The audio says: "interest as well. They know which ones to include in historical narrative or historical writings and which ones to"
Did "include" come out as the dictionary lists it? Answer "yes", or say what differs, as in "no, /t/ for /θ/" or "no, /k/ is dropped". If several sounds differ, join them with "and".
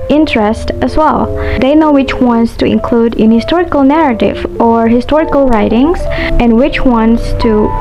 yes